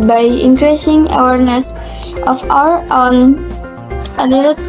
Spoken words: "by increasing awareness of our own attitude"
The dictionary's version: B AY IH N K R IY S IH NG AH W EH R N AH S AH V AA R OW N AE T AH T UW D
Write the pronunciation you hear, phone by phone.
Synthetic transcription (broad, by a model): B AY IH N K R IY S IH NG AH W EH R N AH S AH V AA R OW N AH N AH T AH